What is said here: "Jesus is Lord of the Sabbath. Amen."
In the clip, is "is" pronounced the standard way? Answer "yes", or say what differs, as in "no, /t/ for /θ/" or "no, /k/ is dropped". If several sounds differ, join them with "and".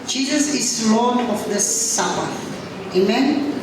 no, /s/ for /z/